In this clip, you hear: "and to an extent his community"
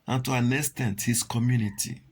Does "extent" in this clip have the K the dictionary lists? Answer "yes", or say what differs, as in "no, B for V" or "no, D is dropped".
no, K is dropped